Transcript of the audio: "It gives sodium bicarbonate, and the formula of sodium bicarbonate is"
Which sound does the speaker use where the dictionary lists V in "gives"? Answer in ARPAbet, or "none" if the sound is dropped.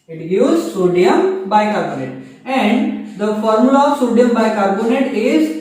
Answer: none